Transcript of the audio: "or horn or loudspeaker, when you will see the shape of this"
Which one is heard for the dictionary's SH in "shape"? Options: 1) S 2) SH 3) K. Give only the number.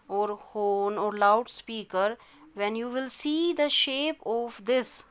2